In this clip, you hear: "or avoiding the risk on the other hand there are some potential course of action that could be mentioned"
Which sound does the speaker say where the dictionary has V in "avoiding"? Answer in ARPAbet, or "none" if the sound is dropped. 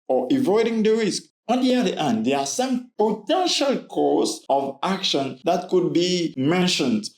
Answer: V